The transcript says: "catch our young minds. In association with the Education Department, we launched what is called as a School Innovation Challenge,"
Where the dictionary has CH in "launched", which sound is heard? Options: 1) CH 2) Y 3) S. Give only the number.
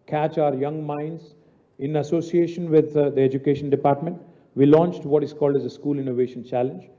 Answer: 1